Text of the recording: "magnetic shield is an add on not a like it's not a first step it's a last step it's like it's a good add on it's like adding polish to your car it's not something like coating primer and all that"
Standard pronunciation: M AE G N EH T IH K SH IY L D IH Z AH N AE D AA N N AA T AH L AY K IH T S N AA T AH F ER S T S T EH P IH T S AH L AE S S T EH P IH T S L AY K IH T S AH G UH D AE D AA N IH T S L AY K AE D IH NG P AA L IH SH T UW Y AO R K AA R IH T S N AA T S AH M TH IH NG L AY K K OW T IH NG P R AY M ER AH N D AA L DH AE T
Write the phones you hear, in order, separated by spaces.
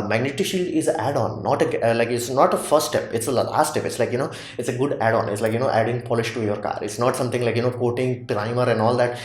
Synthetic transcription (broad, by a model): M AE G N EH T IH SH IY L D IH Z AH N AE D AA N N AA T AH L AY K IH T S N AA T AH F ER T S T EH P IH T S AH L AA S S T EH P IH T S L AY K IH T S AH G UH D AE D AA N IH T S L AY K AE D IH NG P AA L IH SH T UW Y AO R K AA R IH T S N AA T S AH M T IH NG L AY K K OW T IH NG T R AY M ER AH N D AA L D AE T